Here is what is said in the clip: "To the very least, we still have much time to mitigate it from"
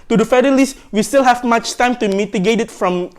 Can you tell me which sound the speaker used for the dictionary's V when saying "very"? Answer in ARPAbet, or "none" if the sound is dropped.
F